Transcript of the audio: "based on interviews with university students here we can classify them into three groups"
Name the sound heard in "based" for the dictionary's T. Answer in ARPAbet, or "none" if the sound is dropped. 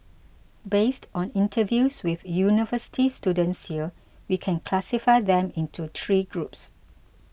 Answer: T